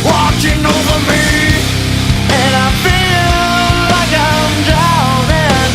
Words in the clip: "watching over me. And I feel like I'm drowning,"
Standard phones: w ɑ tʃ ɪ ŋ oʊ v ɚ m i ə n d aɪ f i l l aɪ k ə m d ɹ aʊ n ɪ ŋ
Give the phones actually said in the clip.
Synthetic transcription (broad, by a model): w ɑ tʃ ɪ ŋ oʊ v ɚ m i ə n aɪ f i l l aɪ k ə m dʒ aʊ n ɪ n